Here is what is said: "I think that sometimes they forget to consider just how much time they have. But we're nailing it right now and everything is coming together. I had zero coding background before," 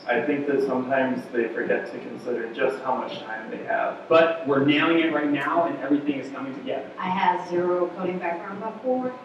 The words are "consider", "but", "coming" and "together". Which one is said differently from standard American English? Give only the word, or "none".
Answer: none